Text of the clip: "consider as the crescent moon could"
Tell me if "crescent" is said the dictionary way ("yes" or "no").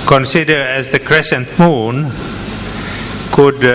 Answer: yes